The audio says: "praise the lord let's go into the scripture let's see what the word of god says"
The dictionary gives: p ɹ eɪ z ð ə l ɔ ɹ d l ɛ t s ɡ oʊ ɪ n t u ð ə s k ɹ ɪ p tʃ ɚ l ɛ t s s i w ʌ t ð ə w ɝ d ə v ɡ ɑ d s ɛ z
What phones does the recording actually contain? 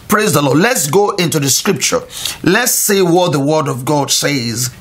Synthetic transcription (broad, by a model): p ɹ eɪ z ð ə l ɔ d l ɛ t s ɡ oʊ ɪ n t u ð ə s k ɹ ɪ p tʃ ɚ l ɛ t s s i w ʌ t ð ə w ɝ d ə v ɡ ɑ d s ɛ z